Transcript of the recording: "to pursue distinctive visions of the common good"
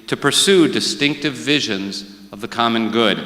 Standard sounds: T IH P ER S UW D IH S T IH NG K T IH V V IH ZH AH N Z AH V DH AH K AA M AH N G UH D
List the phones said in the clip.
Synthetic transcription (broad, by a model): T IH P ER S UW D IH S T IH NG K T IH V V IH ZH AH N Z AH V DH AH K AA M AH N G UH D